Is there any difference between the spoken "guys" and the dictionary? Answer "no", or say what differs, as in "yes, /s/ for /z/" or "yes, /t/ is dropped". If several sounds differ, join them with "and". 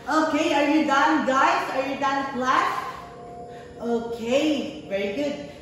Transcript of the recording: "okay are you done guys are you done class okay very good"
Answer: yes, /s/ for /z/